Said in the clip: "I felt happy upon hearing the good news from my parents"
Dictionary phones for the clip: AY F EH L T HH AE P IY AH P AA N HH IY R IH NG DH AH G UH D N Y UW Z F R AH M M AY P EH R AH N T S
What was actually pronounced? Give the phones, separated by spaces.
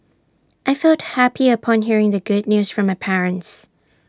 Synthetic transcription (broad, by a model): AY F EH L T HH AE P IY AH P AA N HH IY R IH NG DH AH G UH D N Y UW Z F R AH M M AY P EH R AH N T S